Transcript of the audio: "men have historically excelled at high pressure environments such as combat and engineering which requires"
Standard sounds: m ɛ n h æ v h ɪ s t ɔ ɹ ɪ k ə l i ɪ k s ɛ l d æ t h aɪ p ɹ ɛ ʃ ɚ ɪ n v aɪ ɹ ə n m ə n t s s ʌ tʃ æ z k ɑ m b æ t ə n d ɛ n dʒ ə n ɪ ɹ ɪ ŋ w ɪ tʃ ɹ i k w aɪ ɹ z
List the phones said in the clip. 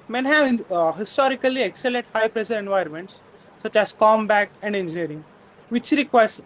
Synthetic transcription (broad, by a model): m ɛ n h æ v h ɪ s t ɔ ɹ ɪ k ə l i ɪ k s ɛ l ɛ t h aɪ p ɹ ɛ ʃ ɚ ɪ n v aɪ ɹ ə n m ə n t s s ʌ tʃ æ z k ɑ m b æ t ə n d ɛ n dʒ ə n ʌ ɹ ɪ ŋ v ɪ tʃ ɹ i k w aɪ ɹ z